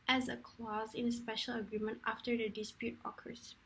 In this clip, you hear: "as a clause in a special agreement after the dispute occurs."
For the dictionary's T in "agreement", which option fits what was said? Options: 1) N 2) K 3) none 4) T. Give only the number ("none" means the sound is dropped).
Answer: 4